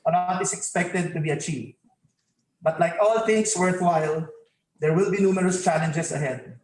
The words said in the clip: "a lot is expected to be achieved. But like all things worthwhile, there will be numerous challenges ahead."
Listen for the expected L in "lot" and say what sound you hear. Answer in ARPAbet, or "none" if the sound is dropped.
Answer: N